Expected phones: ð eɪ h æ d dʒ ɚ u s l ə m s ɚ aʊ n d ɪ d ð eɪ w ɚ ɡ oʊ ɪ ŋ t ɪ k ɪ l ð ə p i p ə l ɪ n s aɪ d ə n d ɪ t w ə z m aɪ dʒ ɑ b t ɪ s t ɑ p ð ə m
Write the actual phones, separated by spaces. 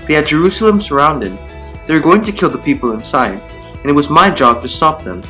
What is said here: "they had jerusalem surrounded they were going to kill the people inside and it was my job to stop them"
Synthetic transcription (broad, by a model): ð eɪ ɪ d dʒ ɚ u s l ə m s ɚ aʊ n d ɪ d ð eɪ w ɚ ɡ oʊ ɪ ŋ t ɪ k ɪ l ð ə p i p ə l ɪ n s aɪ d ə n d ɪ t w ə z m aɪ dʒ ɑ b t ɪ s t ɑ p ð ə m